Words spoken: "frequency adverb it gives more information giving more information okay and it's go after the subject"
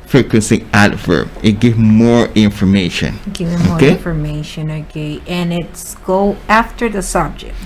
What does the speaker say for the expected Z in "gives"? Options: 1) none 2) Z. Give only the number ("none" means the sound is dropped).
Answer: 1